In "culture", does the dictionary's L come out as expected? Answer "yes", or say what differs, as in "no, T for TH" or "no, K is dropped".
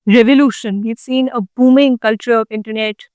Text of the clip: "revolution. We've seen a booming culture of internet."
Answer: yes